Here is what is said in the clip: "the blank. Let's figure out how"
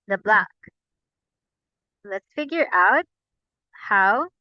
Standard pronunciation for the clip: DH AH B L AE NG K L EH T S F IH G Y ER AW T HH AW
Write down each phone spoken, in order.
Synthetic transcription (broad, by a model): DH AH B L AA K L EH T S F IH G Y ER AW T HH AW